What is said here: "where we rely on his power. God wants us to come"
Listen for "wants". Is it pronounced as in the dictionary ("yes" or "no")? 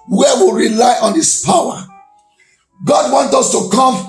no